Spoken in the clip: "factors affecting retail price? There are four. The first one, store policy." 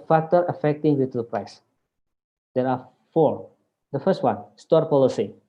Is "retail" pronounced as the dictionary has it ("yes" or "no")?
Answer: no